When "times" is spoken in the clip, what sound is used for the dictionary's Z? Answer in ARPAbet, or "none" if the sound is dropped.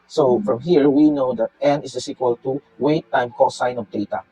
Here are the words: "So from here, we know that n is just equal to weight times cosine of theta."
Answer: none